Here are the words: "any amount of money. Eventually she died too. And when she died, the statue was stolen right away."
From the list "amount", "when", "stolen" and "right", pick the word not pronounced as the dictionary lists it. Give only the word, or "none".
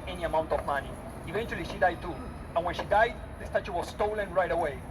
none